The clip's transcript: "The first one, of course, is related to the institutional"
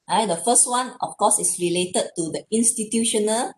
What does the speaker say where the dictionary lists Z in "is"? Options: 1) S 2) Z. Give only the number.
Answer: 1